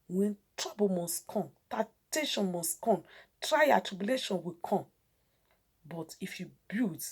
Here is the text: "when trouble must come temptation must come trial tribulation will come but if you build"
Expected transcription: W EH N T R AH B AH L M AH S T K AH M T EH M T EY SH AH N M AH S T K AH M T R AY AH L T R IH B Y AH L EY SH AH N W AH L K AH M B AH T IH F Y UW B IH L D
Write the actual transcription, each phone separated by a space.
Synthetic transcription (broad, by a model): W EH N T R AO B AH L M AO S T K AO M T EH T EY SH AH N M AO S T K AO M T R AY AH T R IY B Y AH L EY SH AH N W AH K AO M B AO T IH F Y UW B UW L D